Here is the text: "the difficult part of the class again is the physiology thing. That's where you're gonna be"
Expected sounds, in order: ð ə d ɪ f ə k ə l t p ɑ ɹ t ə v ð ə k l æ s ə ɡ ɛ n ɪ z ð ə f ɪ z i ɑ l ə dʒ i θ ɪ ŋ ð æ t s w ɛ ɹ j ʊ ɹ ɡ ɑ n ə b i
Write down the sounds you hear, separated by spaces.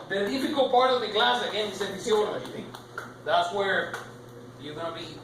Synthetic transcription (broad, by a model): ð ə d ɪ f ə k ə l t p ɑ ɹ t ə v ð ə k l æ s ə ɡ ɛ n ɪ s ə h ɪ s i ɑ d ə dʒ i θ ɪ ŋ ð æ t s w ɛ ɹ j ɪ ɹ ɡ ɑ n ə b i